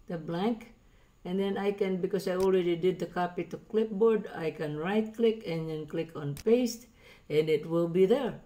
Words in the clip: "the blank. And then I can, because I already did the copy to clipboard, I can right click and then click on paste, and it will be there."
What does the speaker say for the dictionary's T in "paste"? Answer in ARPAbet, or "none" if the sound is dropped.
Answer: T